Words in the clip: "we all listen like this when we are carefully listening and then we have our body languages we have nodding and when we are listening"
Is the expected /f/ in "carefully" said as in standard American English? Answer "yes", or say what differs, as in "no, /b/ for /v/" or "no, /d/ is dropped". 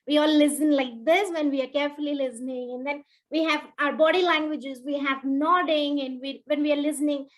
yes